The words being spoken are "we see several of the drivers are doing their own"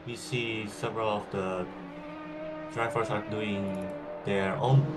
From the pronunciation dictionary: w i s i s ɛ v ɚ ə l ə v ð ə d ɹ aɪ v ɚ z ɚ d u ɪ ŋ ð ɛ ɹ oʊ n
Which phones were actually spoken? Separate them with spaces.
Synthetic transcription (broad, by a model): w i s i s ɛ v ɚ ə l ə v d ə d ɹ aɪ f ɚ s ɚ d u ɪ ŋ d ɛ ɹ oʊ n